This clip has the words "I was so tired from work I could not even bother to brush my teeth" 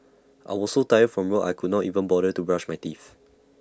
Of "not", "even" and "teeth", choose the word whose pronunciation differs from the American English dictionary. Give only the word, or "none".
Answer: teeth